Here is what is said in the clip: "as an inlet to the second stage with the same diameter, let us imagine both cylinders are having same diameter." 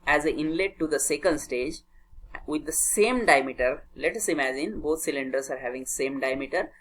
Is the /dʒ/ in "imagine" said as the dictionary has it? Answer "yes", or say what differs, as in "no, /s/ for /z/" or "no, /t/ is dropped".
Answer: yes